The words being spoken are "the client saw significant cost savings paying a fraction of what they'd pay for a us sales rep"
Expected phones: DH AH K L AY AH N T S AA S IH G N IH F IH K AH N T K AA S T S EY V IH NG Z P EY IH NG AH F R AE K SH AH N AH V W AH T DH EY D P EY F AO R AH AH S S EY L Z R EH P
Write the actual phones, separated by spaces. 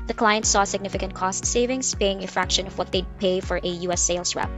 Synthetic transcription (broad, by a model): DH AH K L AY AH N T S AA S IH G N IH F IH K AH N T K AA S T S EY V IH NG S P EY IH NG AH F R AE K SH AH N AH V W AH T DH EY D P EY F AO R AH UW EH S EY L S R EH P